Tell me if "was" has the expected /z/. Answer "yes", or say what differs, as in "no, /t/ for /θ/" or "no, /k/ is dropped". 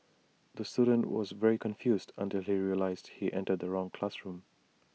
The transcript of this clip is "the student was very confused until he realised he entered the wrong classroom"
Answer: yes